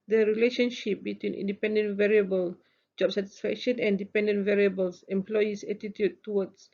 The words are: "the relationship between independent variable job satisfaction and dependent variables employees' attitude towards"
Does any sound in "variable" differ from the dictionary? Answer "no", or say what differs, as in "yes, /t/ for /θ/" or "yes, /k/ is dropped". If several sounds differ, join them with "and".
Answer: no